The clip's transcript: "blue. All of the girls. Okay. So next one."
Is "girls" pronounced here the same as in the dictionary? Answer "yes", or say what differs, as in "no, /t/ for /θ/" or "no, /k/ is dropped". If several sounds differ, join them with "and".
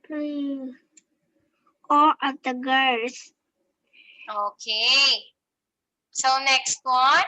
no, /s/ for /z/